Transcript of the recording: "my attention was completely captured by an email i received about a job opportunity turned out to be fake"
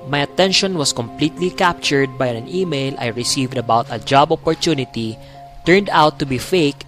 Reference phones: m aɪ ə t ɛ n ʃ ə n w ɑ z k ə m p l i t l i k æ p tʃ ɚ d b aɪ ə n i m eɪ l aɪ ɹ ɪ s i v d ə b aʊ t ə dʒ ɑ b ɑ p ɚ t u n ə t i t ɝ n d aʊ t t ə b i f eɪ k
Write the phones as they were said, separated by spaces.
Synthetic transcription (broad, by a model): m aɪ ə t ɛ n ʃ ə n w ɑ s k ə m p l i t l i k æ p tʃ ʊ d b aɪ ə n i m eɪ l aɪ ɹ ɪ s i v d ə b aʊ t ə dʒ ɑ b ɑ p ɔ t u n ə t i t ɝ n d aʊ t t ə b i f eɪ k